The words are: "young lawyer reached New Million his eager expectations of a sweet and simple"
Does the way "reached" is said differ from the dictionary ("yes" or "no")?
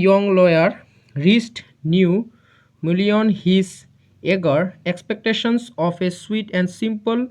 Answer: yes